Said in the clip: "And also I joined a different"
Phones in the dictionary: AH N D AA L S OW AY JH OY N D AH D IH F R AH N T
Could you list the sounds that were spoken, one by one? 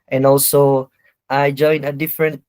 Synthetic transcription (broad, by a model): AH N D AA L S OW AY JH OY N AH D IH F R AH N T